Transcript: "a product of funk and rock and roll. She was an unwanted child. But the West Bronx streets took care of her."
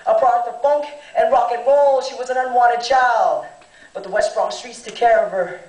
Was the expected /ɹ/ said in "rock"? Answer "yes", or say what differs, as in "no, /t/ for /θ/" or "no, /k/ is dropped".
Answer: yes